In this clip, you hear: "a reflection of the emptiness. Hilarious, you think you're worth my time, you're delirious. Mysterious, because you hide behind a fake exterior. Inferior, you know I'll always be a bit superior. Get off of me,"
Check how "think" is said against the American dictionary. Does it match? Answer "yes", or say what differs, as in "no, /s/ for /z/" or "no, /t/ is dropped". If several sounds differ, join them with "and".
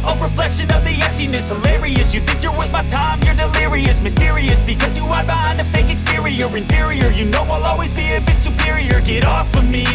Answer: yes